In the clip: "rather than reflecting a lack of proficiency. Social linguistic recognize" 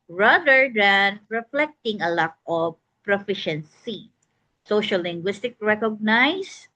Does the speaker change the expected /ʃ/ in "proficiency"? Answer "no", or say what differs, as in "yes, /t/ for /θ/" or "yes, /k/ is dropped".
no